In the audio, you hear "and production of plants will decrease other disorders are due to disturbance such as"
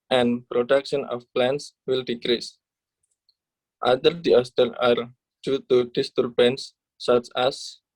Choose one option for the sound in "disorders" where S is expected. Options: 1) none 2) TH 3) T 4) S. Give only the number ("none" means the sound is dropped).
1